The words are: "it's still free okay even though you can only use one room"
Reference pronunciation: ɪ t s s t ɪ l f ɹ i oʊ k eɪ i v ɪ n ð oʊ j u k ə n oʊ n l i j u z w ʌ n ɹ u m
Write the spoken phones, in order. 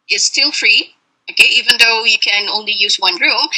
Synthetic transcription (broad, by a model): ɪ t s s t ɪ l f ɹ i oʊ k eɪ i v ɪ n ð oʊ j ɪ k ə n oʊ n l i j u z w ʌ n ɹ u m